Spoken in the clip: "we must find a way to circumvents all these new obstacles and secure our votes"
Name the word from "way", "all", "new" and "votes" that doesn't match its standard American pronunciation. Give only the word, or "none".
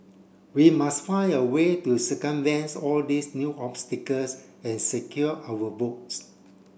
votes